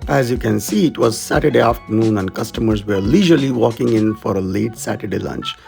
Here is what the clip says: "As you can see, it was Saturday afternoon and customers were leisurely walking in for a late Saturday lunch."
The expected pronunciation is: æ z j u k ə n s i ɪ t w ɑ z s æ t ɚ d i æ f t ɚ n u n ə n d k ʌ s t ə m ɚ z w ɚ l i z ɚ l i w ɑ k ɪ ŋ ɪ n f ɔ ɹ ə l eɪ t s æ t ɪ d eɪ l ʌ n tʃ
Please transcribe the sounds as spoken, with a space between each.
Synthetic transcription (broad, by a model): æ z j u k ə n s i ɪ t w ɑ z s æ t ɚ d i æ f t ɚ n u n ə n d k ʌ s t ə m ɚ z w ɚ l i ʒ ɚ l i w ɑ k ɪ ŋ ɪ n f ɔ ɹ ə l eɪ t s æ t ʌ d eɪ l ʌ n tʃ